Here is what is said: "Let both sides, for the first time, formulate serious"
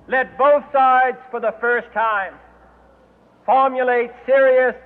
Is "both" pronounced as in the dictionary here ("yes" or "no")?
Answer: yes